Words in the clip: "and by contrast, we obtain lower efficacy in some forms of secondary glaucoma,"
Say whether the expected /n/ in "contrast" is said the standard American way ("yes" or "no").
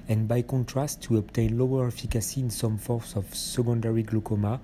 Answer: yes